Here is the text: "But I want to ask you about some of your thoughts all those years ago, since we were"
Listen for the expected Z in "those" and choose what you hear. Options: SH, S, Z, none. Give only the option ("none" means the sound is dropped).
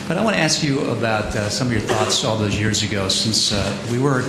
Z